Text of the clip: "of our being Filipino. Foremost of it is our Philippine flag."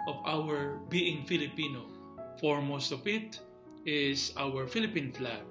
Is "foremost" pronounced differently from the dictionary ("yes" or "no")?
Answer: no